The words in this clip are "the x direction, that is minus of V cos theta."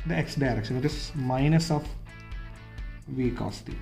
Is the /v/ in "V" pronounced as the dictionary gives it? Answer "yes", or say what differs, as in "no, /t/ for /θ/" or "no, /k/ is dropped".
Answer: yes